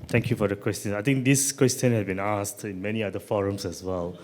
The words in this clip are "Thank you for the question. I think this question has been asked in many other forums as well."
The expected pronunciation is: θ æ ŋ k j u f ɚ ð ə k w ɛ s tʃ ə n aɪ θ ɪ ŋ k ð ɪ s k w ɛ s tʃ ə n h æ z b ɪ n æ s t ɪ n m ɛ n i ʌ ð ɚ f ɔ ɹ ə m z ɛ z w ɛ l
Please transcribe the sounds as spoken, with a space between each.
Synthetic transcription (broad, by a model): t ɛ ŋ k j u f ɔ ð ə k w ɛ s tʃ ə n aɪ t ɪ ŋ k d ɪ s k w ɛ s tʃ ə n h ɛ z b ɪ n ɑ s t ɪ n m ɛ n i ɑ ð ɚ f ɔ ɹ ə m s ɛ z w ɛ l